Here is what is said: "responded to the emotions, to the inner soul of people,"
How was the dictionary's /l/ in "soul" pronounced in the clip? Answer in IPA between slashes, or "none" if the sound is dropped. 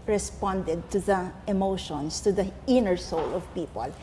/l/